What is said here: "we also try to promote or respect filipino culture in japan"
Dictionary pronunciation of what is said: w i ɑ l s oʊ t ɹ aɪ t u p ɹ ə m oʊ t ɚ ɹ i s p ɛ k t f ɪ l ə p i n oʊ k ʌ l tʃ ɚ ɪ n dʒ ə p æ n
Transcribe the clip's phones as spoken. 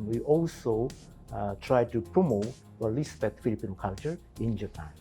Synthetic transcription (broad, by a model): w i ɑ l s oʊ t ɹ aɪ t u p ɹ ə m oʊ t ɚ l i s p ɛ t f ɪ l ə p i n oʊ k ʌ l tʃ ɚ ɪ n dʒ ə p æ n